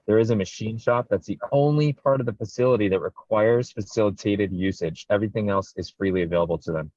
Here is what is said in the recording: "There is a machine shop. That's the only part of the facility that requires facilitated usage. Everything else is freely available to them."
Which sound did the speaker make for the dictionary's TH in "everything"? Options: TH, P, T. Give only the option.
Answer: TH